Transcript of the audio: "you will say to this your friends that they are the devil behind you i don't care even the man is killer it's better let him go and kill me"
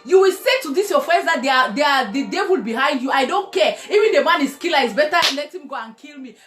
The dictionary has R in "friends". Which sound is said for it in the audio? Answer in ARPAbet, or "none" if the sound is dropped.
none